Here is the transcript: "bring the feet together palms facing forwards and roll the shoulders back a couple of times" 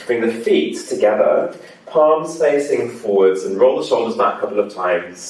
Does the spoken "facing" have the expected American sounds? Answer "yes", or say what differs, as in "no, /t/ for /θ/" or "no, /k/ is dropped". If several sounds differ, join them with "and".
yes